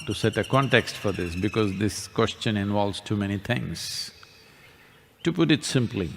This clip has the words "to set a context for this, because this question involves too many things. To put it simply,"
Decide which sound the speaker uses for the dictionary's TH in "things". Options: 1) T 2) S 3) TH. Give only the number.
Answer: 1